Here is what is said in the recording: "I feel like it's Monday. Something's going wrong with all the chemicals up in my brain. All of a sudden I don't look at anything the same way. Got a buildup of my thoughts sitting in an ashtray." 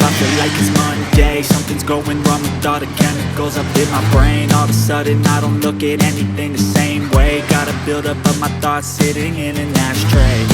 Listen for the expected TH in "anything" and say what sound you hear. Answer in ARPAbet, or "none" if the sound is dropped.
TH